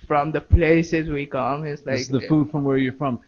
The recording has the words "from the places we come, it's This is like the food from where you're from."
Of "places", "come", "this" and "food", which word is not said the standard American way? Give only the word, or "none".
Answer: this